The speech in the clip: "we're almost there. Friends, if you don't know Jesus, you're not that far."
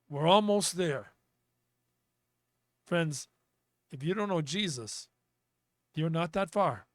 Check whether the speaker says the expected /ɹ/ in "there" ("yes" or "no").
yes